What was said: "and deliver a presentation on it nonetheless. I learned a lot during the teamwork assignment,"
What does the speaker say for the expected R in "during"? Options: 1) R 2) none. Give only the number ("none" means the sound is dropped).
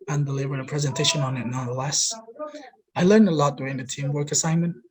2